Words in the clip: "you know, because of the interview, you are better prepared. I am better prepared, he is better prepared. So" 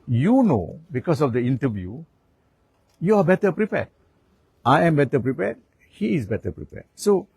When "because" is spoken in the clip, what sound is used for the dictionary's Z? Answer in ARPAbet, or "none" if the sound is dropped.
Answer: S